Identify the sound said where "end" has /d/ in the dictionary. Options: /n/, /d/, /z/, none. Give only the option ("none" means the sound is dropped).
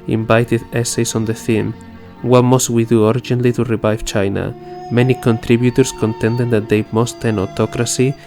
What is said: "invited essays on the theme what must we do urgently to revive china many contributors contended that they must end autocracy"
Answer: none